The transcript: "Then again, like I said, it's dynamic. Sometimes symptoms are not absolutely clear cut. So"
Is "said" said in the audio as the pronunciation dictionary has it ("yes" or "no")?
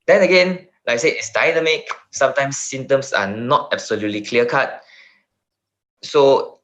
no